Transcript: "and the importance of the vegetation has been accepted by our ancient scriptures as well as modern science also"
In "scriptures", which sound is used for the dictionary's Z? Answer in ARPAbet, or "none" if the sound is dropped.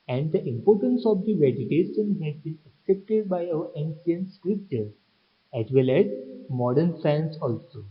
none